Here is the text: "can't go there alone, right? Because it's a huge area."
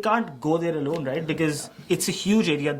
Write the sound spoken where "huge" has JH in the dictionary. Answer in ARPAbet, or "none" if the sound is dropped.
JH